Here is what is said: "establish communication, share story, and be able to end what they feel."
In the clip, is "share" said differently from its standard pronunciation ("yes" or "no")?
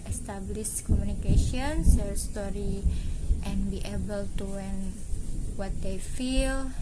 yes